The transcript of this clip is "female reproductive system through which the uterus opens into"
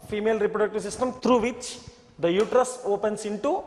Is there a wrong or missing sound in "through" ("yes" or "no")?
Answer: yes